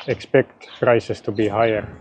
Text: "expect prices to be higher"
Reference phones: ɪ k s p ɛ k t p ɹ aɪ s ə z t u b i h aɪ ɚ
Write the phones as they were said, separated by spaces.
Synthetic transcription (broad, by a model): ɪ k s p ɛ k t f ɹ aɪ s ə s t u b i h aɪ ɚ